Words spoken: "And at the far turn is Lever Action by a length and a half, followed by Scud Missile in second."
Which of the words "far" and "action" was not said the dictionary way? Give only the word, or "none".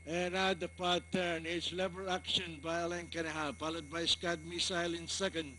far